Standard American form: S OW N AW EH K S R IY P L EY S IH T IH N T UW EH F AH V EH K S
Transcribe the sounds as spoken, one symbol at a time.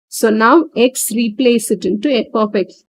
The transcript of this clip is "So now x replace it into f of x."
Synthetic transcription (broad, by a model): S OW N AW EH K S R IY P L EY S IH T IH N T UW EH P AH P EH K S